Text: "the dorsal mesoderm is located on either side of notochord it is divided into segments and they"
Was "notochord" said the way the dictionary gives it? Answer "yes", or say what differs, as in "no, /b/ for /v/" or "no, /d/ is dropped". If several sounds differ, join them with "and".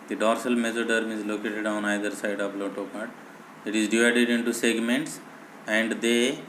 no, /l/ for /n/